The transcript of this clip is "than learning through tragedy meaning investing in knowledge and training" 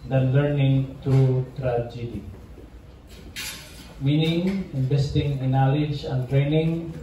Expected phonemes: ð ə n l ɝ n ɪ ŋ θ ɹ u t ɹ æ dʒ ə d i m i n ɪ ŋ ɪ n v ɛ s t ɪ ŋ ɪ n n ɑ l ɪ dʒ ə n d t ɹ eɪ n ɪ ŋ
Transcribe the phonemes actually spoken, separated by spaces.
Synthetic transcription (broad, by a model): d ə n l ɝ n ɪ ŋ t ɹ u t ɹ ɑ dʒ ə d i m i n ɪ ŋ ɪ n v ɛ s t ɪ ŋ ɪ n n ɑ l ɪ dʒ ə n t ɹ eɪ n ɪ ŋ